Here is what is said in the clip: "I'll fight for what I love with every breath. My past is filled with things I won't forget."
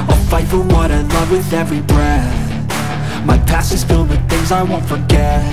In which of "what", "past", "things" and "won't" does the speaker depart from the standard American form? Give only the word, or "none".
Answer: past